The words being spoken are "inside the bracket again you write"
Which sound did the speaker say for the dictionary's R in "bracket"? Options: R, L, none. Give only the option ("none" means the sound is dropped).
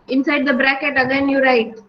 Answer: R